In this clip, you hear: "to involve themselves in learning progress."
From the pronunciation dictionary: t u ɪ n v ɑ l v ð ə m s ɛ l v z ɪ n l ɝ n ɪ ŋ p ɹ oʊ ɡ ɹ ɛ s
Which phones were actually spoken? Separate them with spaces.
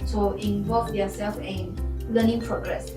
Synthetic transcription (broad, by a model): t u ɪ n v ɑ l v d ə s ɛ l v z ɪ n l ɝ n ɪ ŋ p ɹ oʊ ɡ ɹ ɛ s